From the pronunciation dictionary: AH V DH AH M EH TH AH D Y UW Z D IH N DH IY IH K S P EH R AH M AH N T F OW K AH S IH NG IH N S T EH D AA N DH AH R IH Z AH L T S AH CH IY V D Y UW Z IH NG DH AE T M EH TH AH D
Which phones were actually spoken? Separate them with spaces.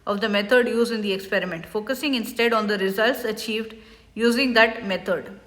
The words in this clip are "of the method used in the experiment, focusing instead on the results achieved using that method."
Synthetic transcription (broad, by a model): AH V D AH M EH T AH D Y UW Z IH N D IY IH K S P EH R AH M AH N T F OW K AH S IH NG IH N S T EH D AA N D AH R IH Z AH L T S AH CH IY V D Y UW Z IH NG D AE T M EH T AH D